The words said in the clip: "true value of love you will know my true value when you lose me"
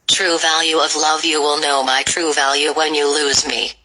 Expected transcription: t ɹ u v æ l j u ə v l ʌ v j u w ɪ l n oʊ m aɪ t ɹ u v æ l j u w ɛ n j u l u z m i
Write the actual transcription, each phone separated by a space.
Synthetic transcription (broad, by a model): t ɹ u v æ l j u ə v l ʌ v j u w ɪ l n oʊ m aɪ t ɹ u v æ l j u w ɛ n j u l u z m i